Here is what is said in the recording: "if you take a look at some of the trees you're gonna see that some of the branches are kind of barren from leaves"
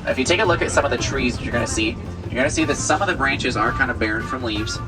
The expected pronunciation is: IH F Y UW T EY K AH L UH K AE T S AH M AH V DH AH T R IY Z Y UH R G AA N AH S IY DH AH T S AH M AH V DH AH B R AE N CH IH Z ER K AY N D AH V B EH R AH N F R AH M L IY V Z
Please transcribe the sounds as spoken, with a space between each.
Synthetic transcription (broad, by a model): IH F Y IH T EY K AH L UH K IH T S AH M AH V DH AH T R IY Z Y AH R G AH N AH S IY DH AH T S AH M AH V DH AH B R AE N CH IH Z ER K AY N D AH V B EH R AH N F R AH M L IY V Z